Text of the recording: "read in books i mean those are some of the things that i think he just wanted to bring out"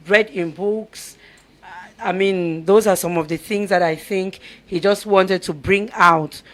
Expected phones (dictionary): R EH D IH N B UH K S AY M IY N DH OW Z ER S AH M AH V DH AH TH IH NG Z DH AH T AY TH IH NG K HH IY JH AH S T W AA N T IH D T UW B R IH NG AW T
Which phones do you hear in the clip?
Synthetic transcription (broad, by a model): R EH D IH N B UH K S AY M IY N DH OW Z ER S AH M AH V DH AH TH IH NG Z DH AH T AY TH IH NG K HH IY JH AH S T W AA N T IH D T UW B R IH NG AW T